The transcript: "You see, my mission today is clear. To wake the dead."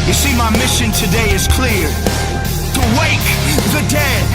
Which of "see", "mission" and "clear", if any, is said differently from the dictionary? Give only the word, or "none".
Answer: none